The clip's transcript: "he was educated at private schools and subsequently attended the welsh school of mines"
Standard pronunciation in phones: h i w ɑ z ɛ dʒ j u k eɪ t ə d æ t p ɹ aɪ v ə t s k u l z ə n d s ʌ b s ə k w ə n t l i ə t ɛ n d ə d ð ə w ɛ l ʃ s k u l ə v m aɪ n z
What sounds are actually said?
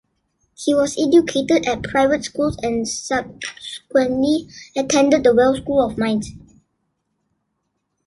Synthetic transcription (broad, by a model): h i w ɑ s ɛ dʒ j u k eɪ t ə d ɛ t p ɹ aɪ v ə t s k u l s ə n s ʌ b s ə k w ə n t l i ə t ɛ n d ə d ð ə w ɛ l s k u l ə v m aɪ n s